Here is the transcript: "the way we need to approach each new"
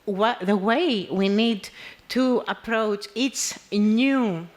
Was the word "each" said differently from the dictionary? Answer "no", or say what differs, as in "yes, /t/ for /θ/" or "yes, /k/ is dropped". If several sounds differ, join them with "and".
yes, /s/ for /tʃ/